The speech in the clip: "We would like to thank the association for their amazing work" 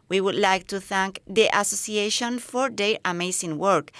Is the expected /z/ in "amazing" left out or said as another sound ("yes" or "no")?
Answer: yes